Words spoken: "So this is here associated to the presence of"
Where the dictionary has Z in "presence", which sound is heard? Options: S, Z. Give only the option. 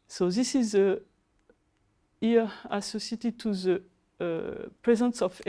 Z